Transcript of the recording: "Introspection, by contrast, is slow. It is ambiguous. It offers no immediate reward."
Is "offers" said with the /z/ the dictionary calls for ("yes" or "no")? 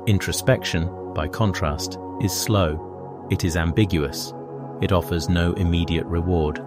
yes